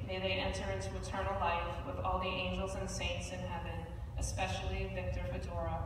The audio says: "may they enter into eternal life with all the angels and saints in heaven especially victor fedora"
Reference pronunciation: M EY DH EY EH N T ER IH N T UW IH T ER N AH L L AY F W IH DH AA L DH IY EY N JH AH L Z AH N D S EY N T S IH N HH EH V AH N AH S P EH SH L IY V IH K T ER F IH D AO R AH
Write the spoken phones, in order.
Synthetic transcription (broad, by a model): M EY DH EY EH N T ER IH N T UW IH T ER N L L AY F W IH DH AA L DH IY EY N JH L Z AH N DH S EY N T S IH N HH EH V AH N AH S P EH SH L IY V IH K T ER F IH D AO R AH